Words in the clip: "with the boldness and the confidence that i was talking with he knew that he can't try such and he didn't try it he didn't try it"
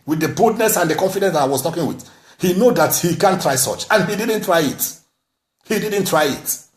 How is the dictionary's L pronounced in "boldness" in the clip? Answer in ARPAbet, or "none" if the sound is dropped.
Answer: none